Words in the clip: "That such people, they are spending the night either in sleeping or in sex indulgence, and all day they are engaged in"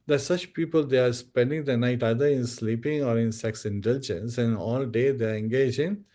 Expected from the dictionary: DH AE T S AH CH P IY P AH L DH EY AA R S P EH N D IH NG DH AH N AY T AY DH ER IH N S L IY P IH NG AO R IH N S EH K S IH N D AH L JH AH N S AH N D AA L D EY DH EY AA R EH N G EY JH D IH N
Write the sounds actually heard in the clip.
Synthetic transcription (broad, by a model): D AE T S AH CH P IY P AH L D EY AA R S P EH N D IH NG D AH N AY T AY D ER IH N S L IY P IH NG AO R IH N S EH K S IH N D AH L JH AH N S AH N AA L D EY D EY AA R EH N G EY JH IH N